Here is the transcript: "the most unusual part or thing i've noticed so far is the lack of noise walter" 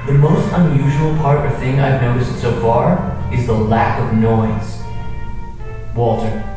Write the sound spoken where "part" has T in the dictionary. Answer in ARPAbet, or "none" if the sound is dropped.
T